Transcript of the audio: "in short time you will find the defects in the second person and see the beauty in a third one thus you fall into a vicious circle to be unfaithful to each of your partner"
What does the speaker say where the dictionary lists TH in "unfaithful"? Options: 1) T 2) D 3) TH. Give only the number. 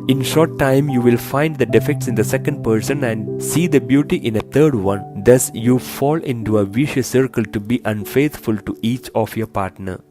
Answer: 1